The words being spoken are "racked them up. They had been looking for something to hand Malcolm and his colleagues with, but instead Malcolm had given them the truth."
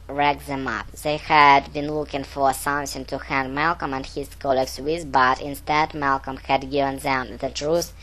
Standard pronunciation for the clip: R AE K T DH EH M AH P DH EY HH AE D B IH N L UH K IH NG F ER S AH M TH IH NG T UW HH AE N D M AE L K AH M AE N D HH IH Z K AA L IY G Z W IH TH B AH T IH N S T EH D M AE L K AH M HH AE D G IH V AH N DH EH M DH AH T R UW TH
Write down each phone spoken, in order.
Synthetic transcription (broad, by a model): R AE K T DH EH M AH P DH EY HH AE D B IH N L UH K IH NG F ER S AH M S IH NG T UW HH AE N D M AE L K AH M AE N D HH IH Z K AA L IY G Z W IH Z B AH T IH N S T EH D M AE L K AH M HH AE D G IH V AH N DH EH M DH AH T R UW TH